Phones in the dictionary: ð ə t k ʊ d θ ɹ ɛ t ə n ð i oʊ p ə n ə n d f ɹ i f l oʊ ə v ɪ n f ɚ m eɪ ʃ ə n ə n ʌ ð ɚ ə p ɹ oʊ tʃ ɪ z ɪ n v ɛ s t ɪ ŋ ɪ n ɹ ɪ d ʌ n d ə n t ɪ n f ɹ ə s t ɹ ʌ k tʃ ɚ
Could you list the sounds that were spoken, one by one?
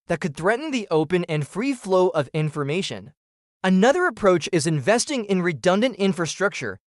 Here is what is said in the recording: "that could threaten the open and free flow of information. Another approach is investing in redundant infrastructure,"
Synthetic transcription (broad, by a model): ð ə t k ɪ d θ ɹ ɛ t n ð i oʊ p ə n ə n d f ɹ i f l oʊ ə v ɪ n f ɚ m eɪ ʃ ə n ə n ʌ ð ɚ ə p ɹ oʊ tʃ ɪ z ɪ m v ɛ s t ɪ ŋ ɪ n ɹ ɪ d ʌ n d ə n t ɪ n f ɹ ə s t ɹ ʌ k tʃ ɚ